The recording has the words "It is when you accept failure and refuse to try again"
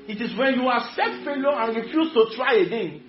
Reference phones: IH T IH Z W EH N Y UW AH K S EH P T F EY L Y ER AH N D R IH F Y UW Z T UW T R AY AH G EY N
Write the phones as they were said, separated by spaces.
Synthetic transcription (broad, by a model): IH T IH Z W EH N Y UW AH S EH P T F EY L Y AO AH N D R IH F Y UW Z T UW T R AY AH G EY N